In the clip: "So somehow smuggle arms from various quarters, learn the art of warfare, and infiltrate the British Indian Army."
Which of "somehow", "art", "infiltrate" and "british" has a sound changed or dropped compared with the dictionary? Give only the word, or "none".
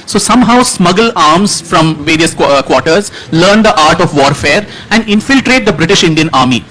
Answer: none